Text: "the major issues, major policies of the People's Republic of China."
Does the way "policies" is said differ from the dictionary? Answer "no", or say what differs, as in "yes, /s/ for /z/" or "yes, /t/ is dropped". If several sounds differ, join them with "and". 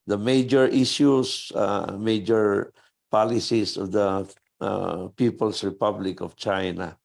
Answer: yes, /s/ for /z/